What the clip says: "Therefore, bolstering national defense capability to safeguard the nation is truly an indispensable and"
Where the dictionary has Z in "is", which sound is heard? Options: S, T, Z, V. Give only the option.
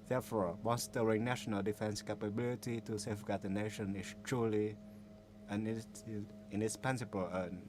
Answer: S